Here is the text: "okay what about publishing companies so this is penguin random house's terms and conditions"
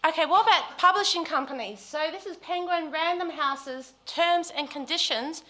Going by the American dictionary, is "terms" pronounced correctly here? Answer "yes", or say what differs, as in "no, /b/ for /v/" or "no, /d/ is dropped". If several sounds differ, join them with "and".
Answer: yes